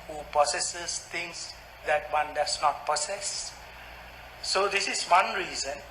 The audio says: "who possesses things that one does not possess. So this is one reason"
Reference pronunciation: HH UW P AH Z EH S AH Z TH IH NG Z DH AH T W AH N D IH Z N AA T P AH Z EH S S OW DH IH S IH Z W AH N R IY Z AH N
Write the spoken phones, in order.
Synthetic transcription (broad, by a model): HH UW P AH S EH S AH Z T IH NG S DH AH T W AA N D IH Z N AA T P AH S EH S S OW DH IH S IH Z W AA N R IY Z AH N